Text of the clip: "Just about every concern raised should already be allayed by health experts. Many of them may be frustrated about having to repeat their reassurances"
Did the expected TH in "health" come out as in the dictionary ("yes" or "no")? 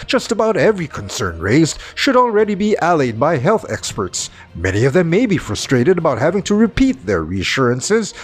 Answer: yes